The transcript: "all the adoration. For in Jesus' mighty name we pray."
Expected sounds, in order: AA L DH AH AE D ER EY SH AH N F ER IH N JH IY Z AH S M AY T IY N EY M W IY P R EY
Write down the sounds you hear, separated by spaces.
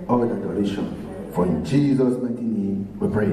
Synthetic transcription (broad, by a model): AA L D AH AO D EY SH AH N F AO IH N JH IY Z AH S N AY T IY N EY M W IY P R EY